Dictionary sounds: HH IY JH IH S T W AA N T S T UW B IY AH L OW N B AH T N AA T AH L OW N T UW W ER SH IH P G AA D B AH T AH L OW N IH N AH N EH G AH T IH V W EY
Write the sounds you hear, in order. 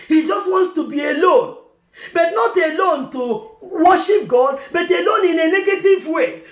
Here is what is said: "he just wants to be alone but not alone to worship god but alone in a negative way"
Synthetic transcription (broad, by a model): HH IY JH IH S T W AA N T S T UW B IY AH L OW N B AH T N AA T AH L OW N T UW W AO SH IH P G AA D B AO T AH L OW N IH N AH N EH G AH T IH V W EY